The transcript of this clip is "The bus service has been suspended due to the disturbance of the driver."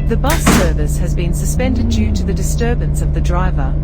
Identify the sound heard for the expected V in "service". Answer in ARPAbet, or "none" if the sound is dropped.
V